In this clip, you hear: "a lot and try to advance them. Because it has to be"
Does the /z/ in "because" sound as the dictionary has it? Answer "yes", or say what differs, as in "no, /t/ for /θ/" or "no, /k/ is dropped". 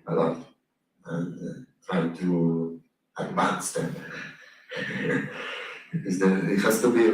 no, /z/ is dropped